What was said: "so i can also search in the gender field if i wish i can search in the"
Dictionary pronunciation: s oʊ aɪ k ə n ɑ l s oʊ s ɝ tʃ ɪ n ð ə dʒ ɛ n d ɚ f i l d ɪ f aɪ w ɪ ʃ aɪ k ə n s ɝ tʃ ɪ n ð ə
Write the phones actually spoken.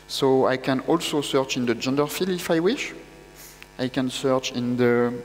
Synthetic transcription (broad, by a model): s oʊ aɪ k ə n ɑ l s oʊ s ɝ tʃ ɪ n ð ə dʒ ɛ n d ɚ f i l ɪ f aɪ w ɪ ʃ aɪ k ə n s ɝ tʃ ɪ n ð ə